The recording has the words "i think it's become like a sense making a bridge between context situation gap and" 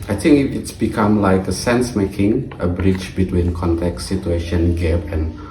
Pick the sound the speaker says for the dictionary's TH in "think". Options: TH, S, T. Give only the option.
T